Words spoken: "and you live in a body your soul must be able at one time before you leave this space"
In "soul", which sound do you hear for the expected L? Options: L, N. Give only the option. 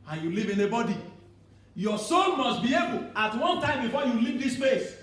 N